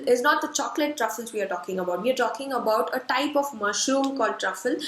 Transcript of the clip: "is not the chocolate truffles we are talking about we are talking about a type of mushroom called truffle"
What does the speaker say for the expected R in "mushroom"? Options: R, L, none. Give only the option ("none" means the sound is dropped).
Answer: none